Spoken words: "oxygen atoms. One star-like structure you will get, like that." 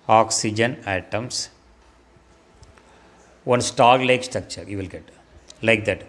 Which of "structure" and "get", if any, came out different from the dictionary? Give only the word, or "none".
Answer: none